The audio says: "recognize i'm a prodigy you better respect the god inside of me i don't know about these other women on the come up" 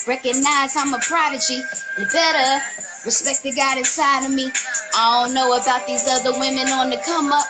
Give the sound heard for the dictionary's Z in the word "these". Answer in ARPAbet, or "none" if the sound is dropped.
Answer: Z